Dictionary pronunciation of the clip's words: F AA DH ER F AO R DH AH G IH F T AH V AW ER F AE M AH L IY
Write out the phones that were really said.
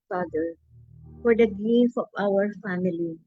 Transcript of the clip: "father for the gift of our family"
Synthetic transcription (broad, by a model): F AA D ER F AO R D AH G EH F AH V AW ER F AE M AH L IY